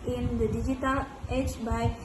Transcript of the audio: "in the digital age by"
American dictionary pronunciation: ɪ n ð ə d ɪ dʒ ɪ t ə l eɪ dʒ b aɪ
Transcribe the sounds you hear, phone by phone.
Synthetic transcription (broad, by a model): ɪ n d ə d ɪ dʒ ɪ t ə l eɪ tʃ b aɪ